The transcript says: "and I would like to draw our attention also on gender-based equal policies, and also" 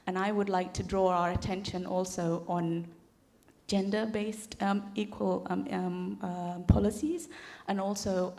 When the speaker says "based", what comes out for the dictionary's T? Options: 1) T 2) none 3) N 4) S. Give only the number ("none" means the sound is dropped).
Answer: 1